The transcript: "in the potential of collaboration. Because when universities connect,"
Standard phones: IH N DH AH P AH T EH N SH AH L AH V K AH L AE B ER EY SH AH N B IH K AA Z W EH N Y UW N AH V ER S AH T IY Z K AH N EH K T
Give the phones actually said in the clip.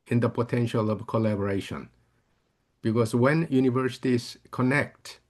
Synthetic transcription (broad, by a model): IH N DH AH P AH T EH N SH AH L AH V K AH L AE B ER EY SH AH N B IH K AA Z W EH N Y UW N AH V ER S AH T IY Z K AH N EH K T